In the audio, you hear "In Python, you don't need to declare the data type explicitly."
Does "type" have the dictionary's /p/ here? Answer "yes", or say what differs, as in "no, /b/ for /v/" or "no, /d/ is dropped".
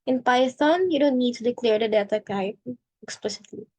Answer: no, /p/ is dropped